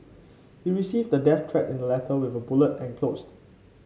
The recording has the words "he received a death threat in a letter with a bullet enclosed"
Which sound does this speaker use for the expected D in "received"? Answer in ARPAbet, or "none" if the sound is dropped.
D